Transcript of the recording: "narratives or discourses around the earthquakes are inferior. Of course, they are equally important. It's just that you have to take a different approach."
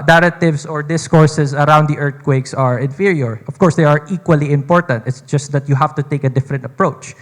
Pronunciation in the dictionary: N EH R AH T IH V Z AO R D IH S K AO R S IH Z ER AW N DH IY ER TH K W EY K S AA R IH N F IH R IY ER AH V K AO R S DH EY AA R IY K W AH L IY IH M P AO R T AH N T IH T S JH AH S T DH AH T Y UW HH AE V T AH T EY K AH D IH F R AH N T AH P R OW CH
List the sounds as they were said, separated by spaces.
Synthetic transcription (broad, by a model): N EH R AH T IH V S AO R D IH S K AO R S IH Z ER AW N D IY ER T K W EY K S AA R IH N F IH R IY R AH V K AO R S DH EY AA R IY K W AH L IY IH M P AO R T AH N T IH T S JH AH S T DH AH T Y UW HH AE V T AH T EY K AH D IH F R AH N T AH P R OW CH